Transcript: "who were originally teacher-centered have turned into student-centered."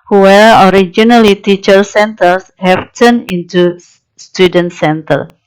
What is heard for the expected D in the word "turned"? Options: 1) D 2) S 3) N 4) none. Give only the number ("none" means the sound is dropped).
4